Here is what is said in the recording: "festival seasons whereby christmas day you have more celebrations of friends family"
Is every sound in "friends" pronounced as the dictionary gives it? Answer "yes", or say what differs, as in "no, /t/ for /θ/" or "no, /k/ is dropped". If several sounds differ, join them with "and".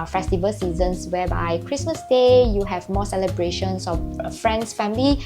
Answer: no, /s/ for /z/